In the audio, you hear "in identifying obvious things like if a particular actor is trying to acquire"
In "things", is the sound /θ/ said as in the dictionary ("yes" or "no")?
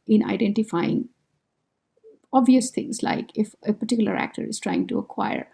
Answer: no